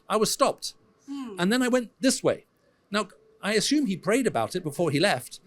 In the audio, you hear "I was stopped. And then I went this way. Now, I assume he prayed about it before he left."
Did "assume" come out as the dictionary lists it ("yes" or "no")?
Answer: yes